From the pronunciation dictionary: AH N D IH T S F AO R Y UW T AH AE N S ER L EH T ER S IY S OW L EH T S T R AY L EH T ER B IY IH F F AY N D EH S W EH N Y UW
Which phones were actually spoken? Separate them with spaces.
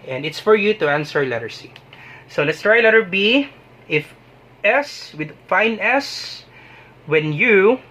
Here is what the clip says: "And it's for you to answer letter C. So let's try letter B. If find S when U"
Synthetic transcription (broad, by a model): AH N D IH T S F AO R Y UW T AH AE N S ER L EH T ER S IY S OW L EH T S T R AY L EH T ER B IY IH F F AY N EH S W EH N Y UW